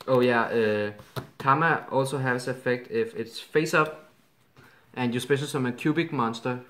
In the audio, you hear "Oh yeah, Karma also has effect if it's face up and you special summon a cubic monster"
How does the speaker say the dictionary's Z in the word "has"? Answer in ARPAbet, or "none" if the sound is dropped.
S